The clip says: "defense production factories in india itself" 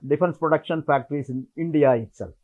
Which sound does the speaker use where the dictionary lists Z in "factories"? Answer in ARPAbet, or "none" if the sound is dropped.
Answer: S